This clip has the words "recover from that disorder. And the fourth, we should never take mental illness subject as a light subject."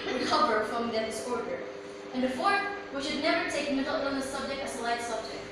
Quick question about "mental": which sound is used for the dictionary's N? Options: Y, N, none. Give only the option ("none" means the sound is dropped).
none